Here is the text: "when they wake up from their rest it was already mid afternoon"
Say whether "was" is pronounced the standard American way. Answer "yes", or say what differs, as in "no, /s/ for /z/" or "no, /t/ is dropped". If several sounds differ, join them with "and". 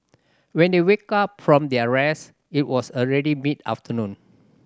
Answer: no, /s/ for /z/